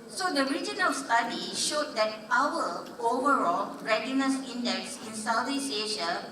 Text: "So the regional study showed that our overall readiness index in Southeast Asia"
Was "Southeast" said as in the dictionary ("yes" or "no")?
no